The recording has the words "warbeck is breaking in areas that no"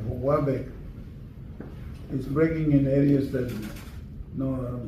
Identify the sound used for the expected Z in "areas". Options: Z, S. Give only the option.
S